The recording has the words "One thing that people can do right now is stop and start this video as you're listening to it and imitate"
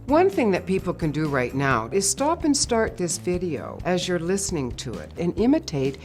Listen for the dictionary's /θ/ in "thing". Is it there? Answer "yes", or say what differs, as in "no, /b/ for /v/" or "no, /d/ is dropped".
yes